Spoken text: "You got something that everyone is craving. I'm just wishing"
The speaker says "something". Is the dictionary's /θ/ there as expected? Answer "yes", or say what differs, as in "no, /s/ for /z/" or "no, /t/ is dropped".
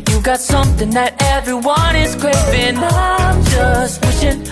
yes